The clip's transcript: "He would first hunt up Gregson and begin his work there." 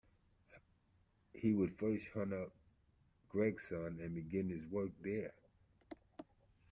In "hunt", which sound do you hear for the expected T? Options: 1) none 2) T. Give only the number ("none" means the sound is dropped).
1